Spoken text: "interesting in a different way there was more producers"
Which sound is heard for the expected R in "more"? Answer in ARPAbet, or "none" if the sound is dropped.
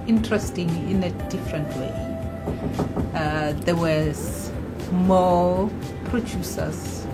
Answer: L